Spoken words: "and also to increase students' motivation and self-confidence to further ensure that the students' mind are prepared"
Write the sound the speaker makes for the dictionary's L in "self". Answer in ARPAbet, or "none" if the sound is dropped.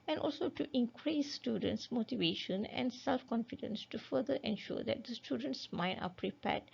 L